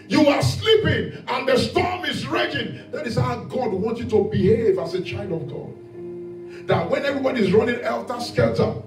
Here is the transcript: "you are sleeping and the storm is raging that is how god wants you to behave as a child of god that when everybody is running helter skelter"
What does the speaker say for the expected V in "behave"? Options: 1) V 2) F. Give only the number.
1